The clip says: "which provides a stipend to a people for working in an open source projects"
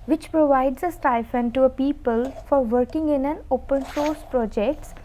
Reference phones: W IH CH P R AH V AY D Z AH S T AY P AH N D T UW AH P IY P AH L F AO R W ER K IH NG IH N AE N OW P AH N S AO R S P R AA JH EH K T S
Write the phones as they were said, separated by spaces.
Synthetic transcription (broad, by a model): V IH CH P R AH V AY D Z AH S T AY F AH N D T UW AH P IY P AH L F AO R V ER K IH NG IH N AE N OW P AH N S AO R S P R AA JH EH K T S